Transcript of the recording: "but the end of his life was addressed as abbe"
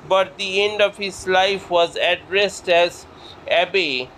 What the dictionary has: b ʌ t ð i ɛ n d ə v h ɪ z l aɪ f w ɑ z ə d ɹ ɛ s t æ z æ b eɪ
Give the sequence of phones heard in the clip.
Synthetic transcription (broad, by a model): b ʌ t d i ɛ n d ə v h ɪ z l aɪ f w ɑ z ə d ɹ ɛ s t æ z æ b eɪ